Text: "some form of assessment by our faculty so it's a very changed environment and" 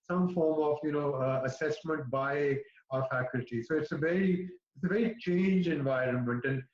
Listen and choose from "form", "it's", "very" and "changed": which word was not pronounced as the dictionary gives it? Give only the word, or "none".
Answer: changed